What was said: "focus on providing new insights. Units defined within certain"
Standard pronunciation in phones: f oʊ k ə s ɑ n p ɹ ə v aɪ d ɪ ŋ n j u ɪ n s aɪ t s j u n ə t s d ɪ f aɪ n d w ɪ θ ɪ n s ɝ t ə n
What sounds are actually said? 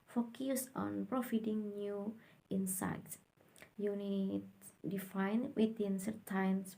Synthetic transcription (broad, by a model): f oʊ k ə s ɑ n p ɹ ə f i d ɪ ŋ n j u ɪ n s aɪ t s j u n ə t d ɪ f aɪ n w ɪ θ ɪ n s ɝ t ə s